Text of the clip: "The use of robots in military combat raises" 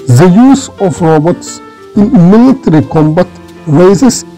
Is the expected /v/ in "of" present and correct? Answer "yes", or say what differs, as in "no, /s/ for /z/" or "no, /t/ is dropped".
no, /f/ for /v/